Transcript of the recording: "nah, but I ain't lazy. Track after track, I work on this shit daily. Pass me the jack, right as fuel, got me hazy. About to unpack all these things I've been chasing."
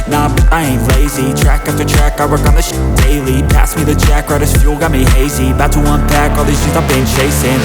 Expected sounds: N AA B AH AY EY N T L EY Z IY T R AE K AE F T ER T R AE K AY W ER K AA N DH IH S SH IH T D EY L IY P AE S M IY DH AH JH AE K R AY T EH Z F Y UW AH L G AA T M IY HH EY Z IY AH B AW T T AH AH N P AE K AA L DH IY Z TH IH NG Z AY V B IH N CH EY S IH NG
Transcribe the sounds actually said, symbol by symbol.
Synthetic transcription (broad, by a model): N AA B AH AY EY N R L EY Z IY T R AE K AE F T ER T R AE K AY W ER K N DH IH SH D EY L IY P AE S M IY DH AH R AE K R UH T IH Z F Y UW L G AA T M IY HH EY Z IY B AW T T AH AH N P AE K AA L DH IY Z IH Z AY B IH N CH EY S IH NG